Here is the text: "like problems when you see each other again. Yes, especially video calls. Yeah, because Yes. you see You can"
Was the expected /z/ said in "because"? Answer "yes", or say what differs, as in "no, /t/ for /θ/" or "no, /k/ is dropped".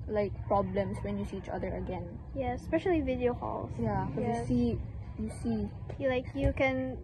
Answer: no, /z/ is dropped